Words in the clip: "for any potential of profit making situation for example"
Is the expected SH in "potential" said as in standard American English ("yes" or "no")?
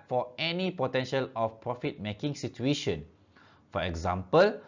yes